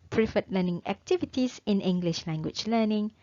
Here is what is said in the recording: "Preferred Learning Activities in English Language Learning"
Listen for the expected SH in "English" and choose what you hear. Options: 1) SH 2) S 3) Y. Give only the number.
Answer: 1